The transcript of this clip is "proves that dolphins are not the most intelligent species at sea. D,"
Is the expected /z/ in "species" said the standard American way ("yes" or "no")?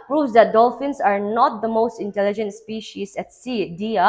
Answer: no